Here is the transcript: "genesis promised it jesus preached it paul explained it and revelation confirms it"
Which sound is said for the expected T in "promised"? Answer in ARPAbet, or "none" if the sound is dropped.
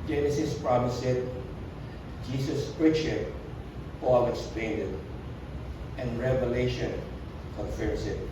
none